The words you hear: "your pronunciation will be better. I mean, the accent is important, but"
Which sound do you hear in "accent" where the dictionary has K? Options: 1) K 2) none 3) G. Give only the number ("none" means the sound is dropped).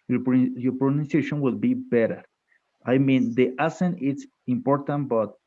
2